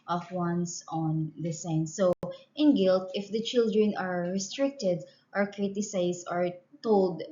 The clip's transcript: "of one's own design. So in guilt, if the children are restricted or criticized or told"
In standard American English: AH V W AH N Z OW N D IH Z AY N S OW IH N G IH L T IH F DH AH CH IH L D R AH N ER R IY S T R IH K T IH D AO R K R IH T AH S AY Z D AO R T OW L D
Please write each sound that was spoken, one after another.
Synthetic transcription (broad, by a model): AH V W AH N S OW N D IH S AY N S OW IH N G IH L T IH F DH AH CH IH L D R AH N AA R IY S T R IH K T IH D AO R K R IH T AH S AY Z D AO R T OW L D